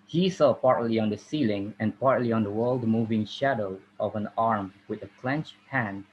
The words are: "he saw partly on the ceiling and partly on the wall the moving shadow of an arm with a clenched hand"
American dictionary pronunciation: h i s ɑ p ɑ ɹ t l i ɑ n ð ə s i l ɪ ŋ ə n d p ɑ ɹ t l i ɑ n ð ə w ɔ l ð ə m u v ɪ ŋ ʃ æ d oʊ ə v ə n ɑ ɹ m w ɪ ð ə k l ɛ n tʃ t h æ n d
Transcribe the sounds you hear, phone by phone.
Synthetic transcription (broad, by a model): h i s ɑ p ɑ ɹ t l i ɑ n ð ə s i l ɪ ŋ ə n p ɑ ɹ t l i ɑ n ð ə w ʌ l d m u v ɪ ŋ ʃ æ d oʊ ə v ə n ɑ ɹ m w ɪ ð ə k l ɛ n tʃ h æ n